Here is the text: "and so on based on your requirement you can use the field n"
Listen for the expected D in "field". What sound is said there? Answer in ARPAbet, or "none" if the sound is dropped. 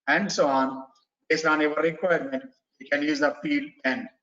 none